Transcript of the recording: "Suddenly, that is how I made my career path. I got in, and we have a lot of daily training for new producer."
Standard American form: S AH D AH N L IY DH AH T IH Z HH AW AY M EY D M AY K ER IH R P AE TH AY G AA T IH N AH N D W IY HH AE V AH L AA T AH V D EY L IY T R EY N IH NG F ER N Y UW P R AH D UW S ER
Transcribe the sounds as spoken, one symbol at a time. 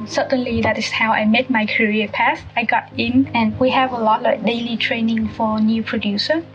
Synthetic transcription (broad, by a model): S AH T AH N L IY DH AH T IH S HH AW AY M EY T M AY K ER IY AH P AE S AY G AA T IH N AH N W IY HH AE V AH L AA T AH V D EY L IY T R EY N IH NG F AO N Y UW P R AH D UW S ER